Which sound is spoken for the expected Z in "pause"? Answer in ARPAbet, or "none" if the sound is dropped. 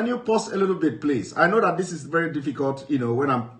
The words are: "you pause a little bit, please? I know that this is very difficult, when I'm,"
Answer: S